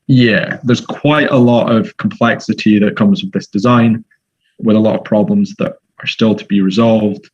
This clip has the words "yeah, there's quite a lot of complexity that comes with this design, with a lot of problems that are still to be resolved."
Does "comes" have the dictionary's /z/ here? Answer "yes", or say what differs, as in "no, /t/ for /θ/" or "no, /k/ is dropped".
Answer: yes